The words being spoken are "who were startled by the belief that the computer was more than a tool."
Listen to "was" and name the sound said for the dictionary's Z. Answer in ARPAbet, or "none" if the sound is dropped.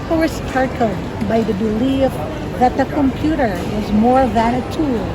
Z